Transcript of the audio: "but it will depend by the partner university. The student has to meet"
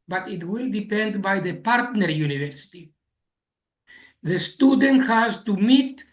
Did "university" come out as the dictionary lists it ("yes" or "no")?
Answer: yes